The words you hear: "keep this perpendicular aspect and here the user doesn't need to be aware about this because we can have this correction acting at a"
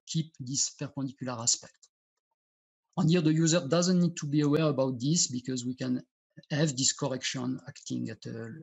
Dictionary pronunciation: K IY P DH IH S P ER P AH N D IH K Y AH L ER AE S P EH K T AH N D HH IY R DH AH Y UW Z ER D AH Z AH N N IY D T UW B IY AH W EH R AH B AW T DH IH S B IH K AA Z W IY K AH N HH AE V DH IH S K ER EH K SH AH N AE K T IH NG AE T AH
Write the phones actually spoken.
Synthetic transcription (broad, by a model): K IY P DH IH S P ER P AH N D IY K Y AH L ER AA S P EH K T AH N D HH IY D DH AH Y UW Z ER D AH Z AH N N IY D T UW B IY AH W EH R AH B AW T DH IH S B IH K AA Z W IY K AH N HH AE V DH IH S K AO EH K SH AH N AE K T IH NG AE T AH